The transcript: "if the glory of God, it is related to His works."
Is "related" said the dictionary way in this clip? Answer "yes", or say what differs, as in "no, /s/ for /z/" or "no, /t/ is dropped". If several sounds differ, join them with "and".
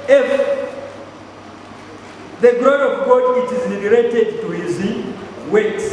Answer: no, /l/ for /ɹ/